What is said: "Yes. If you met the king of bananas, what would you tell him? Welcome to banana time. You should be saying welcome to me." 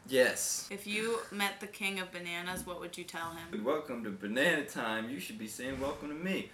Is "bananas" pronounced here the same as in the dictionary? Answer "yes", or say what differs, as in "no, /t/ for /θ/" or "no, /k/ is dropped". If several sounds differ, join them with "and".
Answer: yes